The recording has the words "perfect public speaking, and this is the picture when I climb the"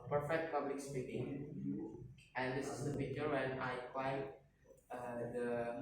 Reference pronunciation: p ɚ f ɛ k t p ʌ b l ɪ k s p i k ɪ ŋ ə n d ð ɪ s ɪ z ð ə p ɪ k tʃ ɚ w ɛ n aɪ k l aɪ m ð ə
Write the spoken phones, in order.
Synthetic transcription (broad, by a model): p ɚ f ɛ k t p ʌ b l ɪ k s p i k ɪ ŋ ə n d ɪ s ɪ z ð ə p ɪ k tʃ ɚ w ɛ n aɪ k w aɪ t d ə